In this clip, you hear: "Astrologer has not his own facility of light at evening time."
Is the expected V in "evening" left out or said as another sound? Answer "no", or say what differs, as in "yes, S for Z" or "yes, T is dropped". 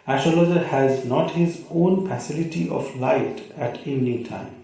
yes, V is dropped